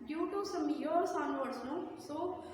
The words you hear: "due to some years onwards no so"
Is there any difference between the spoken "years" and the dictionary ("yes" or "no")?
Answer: yes